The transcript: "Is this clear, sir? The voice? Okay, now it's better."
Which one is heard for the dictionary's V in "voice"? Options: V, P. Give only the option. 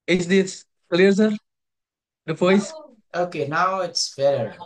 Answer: P